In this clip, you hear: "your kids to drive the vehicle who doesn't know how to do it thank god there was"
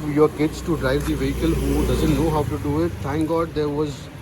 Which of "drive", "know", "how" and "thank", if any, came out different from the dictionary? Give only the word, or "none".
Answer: thank